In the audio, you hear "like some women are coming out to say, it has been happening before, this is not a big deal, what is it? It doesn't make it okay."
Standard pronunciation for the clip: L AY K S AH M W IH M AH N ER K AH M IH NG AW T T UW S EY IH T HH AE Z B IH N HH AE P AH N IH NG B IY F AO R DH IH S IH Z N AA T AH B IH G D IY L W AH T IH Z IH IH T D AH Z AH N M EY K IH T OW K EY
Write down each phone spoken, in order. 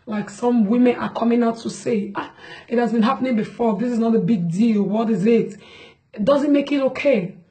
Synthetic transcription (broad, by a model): L AY K S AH M W IH M AH N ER K AH M IH NG AW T T UW S EY IH T HH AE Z B IH N HH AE P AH N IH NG B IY F AO R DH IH S IH Z N AA T AH B IH G D IY L W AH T IH Z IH IH T D AH Z AH N M EY K IH T OW K EY